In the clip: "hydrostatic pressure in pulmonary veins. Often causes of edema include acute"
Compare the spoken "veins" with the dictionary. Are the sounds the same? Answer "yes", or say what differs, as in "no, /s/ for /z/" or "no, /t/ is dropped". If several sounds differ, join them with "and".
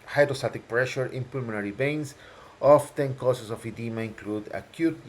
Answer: no, /b/ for /v/ and /s/ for /z/